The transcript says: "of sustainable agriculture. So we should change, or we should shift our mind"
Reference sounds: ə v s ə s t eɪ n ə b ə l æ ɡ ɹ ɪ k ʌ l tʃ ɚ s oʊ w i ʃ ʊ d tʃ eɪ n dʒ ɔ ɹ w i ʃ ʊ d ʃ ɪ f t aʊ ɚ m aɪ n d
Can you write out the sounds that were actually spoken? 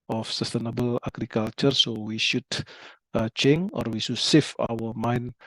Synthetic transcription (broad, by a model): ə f s ə s t eɪ n ə b ə l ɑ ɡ ɹ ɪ k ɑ l tʃ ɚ s oʊ w i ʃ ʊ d tʃ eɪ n ɔ ɹ w i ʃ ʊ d s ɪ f aʊ ɚ m aɪ n